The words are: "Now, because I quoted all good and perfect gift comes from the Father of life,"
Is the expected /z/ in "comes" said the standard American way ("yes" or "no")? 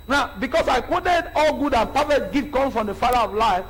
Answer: no